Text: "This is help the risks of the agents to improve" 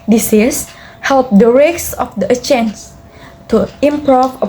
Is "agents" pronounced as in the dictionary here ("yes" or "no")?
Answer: no